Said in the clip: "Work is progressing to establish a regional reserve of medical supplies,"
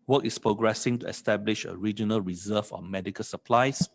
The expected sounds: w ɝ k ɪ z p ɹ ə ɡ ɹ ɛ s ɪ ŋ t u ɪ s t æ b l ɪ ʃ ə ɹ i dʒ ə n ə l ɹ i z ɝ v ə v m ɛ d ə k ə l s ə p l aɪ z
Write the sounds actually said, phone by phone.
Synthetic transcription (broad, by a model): w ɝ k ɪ s p ɹ ə ɡ ɹ ɛ s ɪ ŋ t u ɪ s t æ b l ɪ ʃ ə ɹ i dʒ ə n ə l ɹ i z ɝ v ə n m ɛ d ə k ə l s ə p l aɪ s